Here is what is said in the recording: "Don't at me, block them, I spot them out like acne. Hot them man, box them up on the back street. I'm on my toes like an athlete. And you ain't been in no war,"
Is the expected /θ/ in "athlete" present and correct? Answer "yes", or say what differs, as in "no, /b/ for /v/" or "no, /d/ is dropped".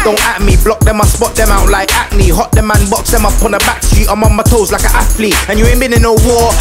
no, /f/ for /θ/